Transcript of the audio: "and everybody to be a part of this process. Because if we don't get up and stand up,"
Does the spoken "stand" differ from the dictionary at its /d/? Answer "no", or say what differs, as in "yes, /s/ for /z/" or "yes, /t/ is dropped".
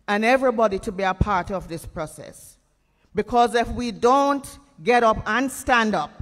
no